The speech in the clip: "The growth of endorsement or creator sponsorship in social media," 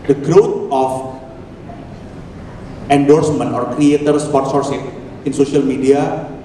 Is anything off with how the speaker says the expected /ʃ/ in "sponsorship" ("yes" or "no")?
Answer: yes